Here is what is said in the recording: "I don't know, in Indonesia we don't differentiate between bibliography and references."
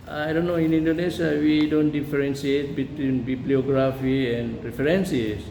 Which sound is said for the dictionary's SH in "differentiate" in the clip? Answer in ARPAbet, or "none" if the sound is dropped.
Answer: S